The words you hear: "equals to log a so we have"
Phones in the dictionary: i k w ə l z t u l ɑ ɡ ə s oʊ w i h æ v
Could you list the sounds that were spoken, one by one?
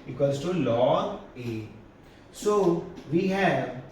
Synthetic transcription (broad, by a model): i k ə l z t u l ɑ ə s oʊ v i h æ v